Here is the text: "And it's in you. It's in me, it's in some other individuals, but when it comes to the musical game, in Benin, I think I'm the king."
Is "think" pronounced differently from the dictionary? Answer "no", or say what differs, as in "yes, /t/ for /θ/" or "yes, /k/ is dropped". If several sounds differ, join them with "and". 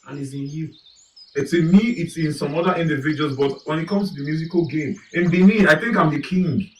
no